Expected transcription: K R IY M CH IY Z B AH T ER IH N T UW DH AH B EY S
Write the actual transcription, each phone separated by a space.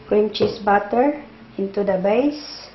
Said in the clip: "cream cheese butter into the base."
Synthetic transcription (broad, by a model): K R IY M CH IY S B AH T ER IH N T UW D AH B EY S